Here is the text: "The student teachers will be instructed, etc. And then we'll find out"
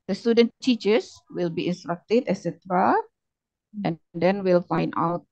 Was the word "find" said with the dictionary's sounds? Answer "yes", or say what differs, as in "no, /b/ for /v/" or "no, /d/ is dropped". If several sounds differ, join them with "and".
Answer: yes